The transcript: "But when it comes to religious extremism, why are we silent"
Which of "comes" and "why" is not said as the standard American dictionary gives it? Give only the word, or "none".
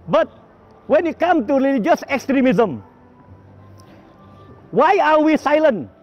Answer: comes